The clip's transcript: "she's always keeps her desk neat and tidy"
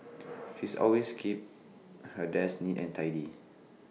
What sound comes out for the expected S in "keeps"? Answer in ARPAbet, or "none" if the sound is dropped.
none